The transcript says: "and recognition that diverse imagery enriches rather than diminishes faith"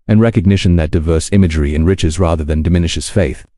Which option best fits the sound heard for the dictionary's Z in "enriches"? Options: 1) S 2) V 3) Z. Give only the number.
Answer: 3